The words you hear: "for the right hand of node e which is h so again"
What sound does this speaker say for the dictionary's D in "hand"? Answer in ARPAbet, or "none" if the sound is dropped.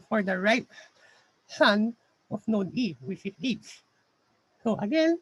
none